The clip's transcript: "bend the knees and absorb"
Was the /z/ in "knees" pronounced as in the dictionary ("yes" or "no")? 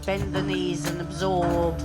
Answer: yes